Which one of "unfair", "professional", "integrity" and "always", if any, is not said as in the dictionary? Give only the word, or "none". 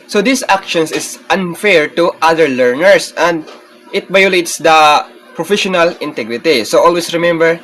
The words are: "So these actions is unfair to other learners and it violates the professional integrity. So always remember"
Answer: always